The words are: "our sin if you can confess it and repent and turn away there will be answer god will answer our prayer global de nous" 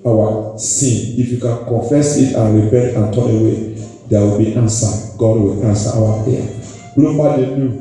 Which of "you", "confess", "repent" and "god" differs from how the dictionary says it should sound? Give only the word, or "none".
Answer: repent